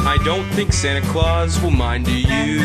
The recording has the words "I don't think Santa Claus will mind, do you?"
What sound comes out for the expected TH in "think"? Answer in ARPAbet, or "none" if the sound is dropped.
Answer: TH